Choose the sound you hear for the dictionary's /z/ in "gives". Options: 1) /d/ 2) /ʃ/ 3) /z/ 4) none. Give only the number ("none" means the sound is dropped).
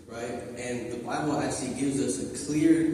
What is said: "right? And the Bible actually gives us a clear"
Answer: 3